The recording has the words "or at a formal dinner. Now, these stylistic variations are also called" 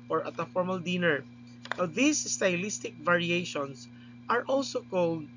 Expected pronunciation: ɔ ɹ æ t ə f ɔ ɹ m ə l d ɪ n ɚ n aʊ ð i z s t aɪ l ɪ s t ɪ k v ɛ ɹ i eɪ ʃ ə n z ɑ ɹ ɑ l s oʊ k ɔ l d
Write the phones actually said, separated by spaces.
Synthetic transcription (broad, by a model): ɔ ɹ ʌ t ə f ɔ ɹ m ə l d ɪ n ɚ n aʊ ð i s s t aɪ l ɪ s t ɪ k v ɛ ɹ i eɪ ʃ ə n s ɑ ɹ ɑ l s oʊ k ɔ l d